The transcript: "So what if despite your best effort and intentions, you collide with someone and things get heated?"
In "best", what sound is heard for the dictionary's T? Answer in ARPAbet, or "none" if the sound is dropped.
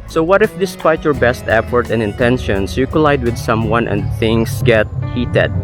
T